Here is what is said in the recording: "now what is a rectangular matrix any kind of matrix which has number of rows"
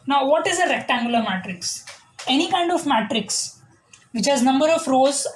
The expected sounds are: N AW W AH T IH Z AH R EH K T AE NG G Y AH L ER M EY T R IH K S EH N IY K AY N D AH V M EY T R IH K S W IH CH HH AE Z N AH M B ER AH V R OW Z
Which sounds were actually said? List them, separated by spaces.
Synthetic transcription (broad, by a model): N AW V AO T IH Z AH R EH K T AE NG G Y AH L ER M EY T R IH K S EH N IY K AY N D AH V M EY T R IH K S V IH CH HH AE Z N AH M B ER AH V R OW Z